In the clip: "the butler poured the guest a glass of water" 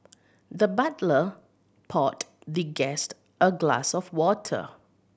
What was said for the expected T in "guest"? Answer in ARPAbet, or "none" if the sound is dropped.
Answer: T